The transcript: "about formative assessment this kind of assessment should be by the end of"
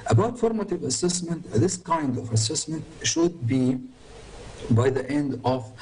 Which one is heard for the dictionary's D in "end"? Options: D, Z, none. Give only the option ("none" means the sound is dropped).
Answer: D